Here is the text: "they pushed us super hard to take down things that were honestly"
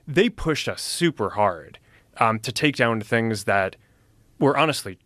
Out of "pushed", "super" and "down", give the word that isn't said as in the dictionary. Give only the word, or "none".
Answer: none